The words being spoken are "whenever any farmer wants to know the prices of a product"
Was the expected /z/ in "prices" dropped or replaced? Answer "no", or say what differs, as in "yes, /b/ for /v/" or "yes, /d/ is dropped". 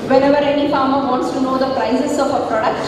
yes, /s/ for /z/